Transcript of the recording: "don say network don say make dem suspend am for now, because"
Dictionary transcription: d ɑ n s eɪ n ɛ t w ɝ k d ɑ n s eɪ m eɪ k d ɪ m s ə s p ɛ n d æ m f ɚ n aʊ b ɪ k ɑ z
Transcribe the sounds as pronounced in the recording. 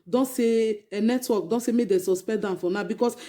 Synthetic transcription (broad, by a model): d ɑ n s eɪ n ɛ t w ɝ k d ɑ n s eɪ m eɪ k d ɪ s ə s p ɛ d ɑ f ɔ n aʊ b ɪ k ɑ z